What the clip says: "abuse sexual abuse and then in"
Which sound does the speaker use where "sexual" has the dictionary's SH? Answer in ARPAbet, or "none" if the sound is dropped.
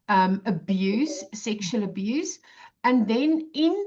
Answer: SH